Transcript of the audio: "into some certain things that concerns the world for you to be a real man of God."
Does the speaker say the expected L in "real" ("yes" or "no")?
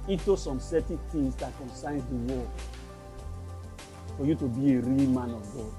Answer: yes